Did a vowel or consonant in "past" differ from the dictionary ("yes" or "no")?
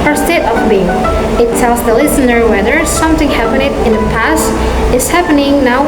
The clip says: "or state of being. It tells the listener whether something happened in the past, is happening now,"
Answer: no